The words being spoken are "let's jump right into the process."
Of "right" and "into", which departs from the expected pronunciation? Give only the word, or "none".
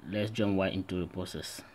right